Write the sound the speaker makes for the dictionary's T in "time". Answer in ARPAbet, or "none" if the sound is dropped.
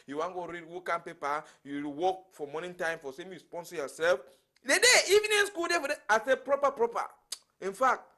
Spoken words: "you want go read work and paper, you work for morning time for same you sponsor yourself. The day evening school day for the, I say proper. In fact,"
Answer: T